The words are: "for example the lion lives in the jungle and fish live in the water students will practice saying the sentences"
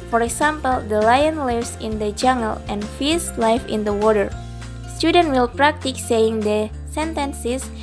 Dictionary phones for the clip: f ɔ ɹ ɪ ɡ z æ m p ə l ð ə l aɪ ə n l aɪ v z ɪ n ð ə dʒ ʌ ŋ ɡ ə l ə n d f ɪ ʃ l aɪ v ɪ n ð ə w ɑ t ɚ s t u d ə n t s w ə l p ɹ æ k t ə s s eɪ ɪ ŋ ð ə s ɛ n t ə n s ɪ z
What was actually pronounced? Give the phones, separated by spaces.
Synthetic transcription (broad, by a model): f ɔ ɹ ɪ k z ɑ m p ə l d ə l aɪ ə n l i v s ɪ n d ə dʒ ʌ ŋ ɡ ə l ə n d f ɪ s l aɪ f ɪ n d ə w ɑ t ɚ s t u d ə n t w ə l p ɹ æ k t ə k s eɪ ɪ ŋ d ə s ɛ n t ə n s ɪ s